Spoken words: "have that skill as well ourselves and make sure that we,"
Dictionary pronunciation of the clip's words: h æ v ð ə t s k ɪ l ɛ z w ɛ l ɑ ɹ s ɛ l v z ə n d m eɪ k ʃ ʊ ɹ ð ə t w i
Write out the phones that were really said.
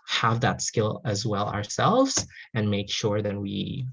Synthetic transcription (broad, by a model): h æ v ð ə t s k ɪ l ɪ z w ɛ l ɑ ɹ s ɛ l v z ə n m eɪ k ʃ ʊ ɹ ð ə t w i